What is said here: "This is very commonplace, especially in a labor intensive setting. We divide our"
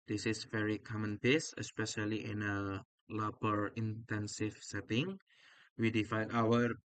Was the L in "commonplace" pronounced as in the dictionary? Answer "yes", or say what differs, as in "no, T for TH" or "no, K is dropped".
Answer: no, L is dropped